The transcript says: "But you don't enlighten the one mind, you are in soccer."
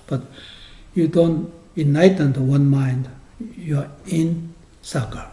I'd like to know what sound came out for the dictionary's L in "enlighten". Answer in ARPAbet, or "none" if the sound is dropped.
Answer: none